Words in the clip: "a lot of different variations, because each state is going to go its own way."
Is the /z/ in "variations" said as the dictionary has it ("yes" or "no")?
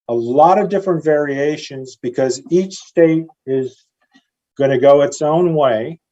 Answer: yes